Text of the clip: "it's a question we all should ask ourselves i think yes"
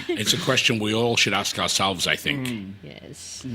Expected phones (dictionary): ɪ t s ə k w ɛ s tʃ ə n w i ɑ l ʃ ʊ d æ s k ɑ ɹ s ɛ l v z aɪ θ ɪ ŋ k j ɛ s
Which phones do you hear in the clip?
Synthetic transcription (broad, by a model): ɪ t s ə k w ɛ s tʃ ə n w i ɑ l ʃ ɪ d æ s k ɑ ɹ s ɛ l v z aɪ θ ɪ ŋ k j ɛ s